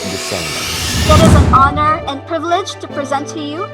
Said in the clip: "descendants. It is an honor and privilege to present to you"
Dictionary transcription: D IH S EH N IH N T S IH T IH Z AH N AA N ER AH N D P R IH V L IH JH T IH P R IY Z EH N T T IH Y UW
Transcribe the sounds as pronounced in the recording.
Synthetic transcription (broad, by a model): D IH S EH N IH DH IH T IH Z AH N AA N ER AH N P R IH V L IH JH T IH P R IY Z EH N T T IH Y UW